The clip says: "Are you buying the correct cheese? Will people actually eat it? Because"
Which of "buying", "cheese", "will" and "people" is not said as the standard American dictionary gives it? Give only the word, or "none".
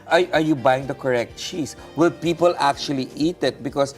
cheese